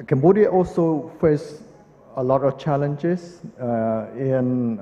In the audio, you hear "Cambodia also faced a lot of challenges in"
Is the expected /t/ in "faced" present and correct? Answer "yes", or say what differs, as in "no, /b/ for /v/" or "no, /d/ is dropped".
no, /t/ is dropped